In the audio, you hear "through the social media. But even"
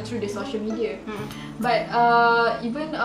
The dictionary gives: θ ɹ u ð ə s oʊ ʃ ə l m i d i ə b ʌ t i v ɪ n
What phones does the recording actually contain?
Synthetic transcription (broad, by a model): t ɹ u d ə s oʊ ʃ ə l m i d i ə b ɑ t i v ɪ n